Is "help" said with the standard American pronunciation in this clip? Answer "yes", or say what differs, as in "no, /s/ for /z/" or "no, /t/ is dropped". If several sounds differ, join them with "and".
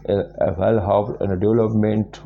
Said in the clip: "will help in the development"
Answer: no, /l/ is dropped